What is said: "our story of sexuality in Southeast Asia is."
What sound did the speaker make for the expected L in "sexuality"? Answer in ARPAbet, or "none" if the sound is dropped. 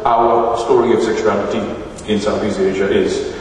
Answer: N